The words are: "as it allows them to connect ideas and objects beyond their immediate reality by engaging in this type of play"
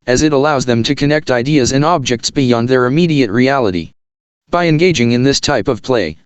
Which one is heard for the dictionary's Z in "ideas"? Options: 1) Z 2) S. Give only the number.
1